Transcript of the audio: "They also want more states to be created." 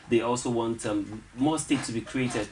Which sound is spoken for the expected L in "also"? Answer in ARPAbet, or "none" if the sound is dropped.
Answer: L